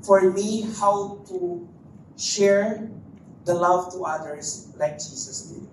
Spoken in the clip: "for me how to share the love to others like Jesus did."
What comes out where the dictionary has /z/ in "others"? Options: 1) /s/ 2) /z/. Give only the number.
1